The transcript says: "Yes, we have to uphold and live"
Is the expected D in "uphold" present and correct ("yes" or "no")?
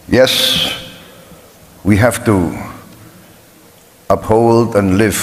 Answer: yes